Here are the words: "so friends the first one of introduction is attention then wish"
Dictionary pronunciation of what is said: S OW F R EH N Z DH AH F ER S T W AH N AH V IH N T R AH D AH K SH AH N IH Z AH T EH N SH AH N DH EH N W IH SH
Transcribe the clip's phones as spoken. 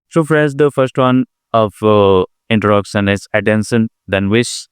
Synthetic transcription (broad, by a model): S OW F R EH Z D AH F ER S T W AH N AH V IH N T AH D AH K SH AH N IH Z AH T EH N S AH N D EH N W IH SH